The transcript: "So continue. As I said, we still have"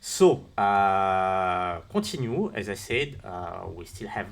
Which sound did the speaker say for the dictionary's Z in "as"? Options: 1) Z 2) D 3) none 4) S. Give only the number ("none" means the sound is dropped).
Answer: 1